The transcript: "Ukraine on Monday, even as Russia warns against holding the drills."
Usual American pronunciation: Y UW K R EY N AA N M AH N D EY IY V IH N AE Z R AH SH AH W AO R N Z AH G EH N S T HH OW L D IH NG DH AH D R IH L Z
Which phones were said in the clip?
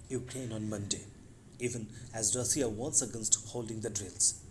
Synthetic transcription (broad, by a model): Y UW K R EY N AA N M AH N D EY IY V IH N AE Z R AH S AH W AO N S AH G EH N S T HH OW L D IH NG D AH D R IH L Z